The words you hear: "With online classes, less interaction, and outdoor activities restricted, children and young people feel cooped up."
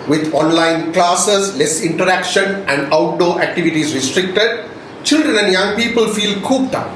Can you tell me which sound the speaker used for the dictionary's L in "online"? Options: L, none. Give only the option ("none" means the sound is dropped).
L